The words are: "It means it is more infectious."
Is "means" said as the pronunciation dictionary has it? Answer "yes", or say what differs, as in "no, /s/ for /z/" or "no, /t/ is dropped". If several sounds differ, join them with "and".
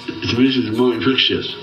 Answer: no, /n/ is dropped